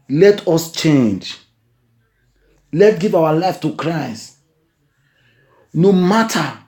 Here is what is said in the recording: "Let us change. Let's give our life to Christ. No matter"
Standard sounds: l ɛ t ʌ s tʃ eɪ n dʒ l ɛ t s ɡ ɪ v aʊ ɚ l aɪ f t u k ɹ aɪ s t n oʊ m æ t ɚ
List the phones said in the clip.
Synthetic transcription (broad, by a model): l ɛ t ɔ s tʃ eɪ n dʒ l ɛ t ɡ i v aʊ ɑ l aɪ f t u k ɹ aɪ s t n oʊ m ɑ t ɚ